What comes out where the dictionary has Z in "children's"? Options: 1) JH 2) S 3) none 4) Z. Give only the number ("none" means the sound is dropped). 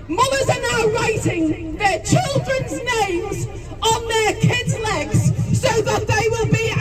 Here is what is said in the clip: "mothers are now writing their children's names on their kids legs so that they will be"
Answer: 4